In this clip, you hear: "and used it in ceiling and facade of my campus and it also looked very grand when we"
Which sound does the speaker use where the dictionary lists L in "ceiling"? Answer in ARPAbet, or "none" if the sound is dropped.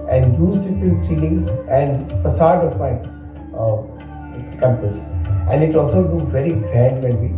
none